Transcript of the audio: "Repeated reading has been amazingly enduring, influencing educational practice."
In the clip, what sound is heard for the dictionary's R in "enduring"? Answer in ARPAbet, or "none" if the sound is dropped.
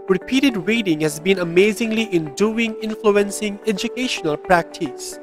none